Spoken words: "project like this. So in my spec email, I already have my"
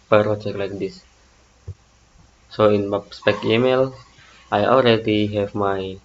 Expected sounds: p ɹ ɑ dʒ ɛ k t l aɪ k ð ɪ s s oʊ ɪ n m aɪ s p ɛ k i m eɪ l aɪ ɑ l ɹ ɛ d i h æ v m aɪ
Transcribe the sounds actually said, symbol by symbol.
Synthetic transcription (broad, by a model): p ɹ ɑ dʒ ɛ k l aɪ k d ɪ s s oʊ ɪ n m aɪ s p ɛ k i m eɪ l aɪ ɑ l ɹ ɛ d i h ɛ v m aɪ